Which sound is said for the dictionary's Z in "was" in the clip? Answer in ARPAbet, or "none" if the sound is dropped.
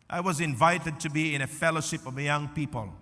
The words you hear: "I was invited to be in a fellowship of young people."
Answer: Z